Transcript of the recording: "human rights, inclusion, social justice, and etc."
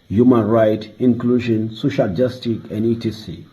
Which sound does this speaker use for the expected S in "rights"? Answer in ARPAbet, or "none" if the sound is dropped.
none